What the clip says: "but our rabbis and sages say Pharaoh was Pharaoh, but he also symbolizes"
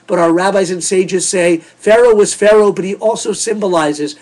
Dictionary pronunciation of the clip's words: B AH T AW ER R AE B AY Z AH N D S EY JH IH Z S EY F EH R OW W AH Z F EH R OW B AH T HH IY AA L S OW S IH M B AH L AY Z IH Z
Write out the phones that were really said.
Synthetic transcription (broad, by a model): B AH T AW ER R AE B AY Z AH N S EY JH IH Z S EY F EH R OW W AH Z F EH R OW B AH T HH IY AA L S OW S IH M B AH L AY Z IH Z